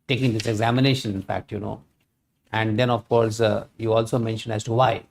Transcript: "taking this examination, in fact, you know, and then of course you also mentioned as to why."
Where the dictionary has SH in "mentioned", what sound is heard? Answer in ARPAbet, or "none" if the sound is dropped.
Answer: SH